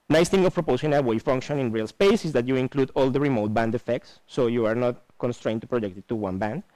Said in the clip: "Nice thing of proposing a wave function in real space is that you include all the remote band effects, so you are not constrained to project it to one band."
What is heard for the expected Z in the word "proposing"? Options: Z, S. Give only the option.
S